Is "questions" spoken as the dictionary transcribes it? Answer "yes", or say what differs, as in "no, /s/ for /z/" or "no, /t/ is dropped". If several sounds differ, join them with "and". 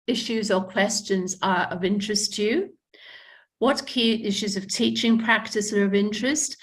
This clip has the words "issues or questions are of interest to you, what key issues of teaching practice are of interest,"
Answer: yes